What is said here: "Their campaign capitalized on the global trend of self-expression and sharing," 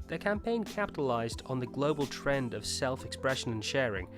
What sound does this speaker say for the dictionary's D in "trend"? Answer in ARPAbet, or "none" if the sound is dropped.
D